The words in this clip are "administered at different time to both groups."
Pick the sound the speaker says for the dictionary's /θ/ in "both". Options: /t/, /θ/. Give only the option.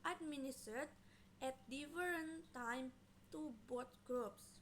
/t/